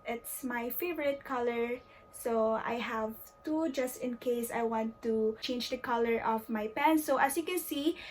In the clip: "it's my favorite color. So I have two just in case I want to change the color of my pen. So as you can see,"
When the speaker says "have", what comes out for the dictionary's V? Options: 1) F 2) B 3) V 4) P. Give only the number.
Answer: 3